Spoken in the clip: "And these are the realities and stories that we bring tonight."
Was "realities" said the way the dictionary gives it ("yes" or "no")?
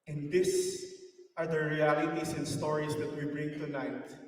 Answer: no